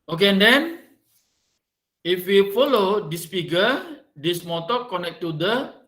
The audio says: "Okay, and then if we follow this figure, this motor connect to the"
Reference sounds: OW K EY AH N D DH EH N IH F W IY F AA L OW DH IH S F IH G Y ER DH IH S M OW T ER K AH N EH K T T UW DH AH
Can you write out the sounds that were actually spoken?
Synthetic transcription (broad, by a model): OW K EY AH N D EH N IH F W IY F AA L OW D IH S P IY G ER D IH S M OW T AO K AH N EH K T T UW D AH